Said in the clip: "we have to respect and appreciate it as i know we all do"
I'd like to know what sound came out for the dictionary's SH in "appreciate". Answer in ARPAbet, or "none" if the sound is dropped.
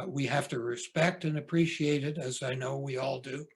SH